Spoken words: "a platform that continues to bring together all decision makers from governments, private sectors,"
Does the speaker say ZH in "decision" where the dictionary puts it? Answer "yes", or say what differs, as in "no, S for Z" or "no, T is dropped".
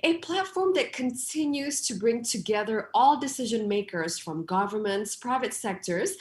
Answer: yes